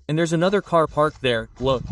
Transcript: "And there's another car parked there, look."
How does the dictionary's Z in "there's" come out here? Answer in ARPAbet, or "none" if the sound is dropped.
Z